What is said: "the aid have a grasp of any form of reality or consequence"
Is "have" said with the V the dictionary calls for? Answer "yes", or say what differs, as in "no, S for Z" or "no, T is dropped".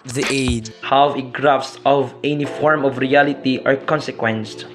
no, W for V